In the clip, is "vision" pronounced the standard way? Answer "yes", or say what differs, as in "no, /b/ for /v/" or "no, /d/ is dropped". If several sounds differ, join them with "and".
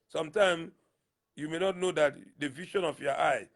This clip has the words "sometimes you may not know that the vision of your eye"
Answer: no, /ʃ/ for /ʒ/